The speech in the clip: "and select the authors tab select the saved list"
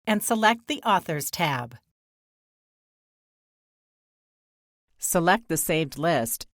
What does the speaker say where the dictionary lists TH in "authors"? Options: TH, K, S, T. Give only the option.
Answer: TH